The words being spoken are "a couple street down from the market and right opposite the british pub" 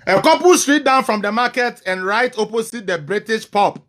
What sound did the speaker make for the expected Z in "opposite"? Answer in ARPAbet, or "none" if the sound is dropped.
S